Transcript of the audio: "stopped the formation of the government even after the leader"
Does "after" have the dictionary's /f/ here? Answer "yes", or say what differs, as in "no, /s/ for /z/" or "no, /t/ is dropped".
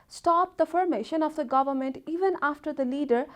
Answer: yes